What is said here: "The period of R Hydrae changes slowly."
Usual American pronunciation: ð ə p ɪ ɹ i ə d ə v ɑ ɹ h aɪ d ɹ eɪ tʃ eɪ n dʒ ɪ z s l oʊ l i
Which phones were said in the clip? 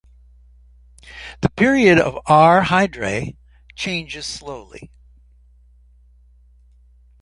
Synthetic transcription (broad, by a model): ð ə p ɪ ɹ i ə d ə v ɑ ɹ h aɪ d ɹ eɪ tʃ eɪ n dʒ ɪ z s l oʊ l i